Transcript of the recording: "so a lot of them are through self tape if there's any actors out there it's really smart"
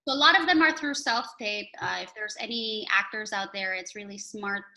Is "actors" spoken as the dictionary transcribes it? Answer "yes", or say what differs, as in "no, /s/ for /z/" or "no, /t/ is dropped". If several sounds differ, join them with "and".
yes